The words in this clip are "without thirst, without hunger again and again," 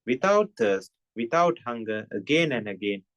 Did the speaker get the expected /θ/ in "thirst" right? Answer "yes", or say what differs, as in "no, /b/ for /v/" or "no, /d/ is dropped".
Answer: no, /t/ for /θ/